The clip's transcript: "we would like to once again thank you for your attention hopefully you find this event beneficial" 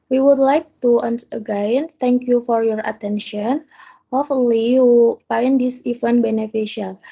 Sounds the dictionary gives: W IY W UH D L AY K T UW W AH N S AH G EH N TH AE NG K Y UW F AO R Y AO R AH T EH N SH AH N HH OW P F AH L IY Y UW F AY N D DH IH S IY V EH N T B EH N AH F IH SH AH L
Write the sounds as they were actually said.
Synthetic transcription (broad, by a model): W IY W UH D L AY K T UW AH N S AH G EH N T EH NG K Y UW F AO R Y AO R AH T EH N SH AH N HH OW F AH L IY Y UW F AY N D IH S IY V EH N B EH N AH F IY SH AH L